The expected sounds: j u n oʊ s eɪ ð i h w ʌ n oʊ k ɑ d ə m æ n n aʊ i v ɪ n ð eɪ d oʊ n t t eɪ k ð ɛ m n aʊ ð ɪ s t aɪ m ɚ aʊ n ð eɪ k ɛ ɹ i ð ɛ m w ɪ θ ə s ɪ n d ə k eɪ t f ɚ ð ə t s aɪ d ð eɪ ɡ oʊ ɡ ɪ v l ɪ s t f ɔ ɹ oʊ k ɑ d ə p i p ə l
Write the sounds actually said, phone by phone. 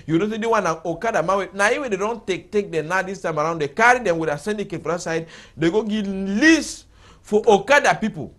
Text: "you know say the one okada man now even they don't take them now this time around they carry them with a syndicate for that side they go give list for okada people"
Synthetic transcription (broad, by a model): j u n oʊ s eɪ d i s w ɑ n oʊ k ɑ d ə m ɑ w n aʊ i w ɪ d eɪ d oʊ n t t eɪ k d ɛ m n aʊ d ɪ s t aɪ m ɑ aʊ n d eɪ k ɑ ɹ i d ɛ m w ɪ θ ə s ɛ n d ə k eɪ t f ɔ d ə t s aɪ d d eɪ ɡ oʊ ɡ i l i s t f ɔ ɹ oʊ k ɑ d ə p i p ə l